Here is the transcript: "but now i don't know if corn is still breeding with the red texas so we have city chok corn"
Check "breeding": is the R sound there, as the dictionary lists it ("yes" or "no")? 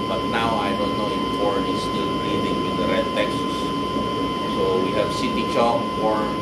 no